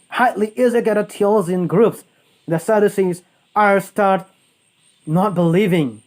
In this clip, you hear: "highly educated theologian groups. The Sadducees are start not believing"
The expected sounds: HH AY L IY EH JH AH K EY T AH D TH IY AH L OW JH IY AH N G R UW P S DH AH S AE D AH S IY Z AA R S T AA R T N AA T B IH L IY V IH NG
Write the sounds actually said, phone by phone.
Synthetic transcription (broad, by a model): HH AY L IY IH Z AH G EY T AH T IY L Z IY N G R UW P S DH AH S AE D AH S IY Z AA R S T AA R T N AA T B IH L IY V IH NG